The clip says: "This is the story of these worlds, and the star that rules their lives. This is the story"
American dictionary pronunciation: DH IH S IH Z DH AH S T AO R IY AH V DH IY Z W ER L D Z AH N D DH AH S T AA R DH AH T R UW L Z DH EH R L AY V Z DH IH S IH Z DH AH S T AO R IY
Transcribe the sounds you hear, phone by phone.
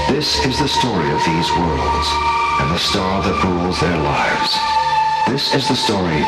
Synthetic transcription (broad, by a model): DH IH S IH Z DH AH S T AO R IY AH V DH IY Z W ER L D Z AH N DH AH S T AA R DH AH T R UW L Z DH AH R L AY V Z DH IH S IH Z DH AH S T AO R IY